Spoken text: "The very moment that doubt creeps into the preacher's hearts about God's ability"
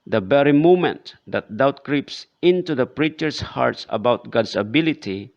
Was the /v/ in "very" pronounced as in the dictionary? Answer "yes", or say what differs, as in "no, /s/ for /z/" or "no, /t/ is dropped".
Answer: no, /b/ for /v/